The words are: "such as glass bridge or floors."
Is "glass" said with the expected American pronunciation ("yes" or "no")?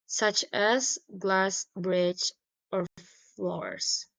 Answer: yes